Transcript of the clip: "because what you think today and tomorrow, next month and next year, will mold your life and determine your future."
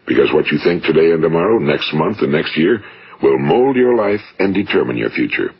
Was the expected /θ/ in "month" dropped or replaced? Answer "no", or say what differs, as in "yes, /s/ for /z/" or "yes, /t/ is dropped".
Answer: no